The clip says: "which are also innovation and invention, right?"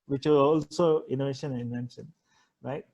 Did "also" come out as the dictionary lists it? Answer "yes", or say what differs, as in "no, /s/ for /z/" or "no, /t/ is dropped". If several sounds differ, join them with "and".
yes